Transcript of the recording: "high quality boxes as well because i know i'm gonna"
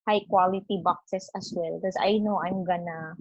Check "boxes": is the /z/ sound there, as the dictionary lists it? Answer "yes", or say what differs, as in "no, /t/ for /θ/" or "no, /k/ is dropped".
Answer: no, /s/ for /z/